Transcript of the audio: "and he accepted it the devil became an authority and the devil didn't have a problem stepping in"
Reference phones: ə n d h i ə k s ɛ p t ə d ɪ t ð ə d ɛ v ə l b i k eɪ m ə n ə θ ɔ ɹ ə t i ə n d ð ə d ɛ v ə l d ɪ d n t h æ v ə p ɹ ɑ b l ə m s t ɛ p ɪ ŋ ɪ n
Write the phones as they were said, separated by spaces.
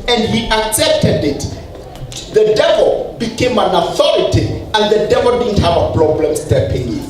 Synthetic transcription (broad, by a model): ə n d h i ə k s ɛ p t ə d ɪ t ð ə d ɛ v ə l b i k eɪ m ə n ə θ ɔ ɹ ə t i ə n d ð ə d ɛ v ə l d ɪ d n t h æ v ə p ɹ ɑ b l ə m s t ɛ p ɪ ŋ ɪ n